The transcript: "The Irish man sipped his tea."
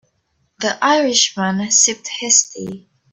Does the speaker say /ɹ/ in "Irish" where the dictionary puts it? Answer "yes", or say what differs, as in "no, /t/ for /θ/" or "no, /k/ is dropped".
yes